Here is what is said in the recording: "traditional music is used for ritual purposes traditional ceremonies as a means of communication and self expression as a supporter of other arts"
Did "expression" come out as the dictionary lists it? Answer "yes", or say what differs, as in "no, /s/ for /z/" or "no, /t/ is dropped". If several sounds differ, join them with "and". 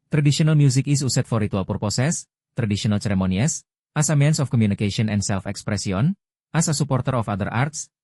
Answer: no, /s/ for /ʃ/